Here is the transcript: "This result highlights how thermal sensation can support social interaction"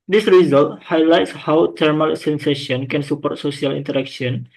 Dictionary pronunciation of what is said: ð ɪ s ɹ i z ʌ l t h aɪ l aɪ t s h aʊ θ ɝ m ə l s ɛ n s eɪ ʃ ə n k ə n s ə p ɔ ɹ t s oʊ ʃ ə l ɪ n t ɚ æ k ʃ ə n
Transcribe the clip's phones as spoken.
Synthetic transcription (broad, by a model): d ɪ s ɹ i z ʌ l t h aɪ l aɪ t s h aʊ t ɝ m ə l s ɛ n s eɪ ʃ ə n k ə n s ə p ɔ ɹ t s oʊ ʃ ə l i n t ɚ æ k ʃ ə n